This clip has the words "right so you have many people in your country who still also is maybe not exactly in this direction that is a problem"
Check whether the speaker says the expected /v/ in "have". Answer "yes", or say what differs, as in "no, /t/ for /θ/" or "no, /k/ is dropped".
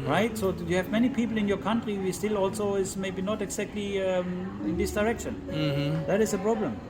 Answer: yes